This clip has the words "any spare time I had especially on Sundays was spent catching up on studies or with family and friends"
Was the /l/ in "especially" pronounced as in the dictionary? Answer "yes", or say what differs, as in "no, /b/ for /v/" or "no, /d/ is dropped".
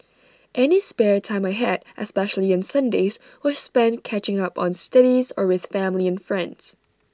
yes